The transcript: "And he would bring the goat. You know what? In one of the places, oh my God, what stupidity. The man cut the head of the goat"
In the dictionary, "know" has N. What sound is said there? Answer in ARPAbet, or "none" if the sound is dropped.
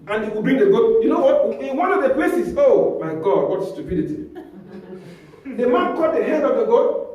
N